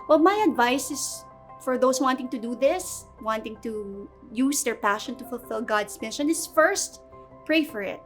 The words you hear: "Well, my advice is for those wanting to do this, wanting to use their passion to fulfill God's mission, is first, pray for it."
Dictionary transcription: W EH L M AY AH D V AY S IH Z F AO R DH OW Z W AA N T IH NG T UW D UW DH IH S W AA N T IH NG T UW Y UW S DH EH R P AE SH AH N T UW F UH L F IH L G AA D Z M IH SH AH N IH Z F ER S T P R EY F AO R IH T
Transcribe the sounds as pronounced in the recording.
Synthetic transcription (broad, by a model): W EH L M AY AH D V AY S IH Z F AO R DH OW S W AA N T IH NG T UW D UW DH IH S W AA N T IH NG T UW Y UW S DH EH R P AE SH AH N T UW F UH L F IH L G AA D S M IH SH AH N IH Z F ER S T P R EY F AO R IH T